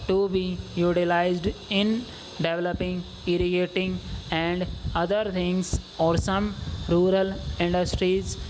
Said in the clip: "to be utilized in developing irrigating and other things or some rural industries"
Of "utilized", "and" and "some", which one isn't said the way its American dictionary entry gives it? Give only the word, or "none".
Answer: none